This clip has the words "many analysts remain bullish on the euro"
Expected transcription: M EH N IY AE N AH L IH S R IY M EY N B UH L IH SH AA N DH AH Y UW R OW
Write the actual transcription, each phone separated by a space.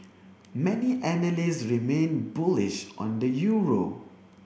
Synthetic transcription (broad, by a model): M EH N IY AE N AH L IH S R IY M EY N B UH L IH SH AA N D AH Y UW R OW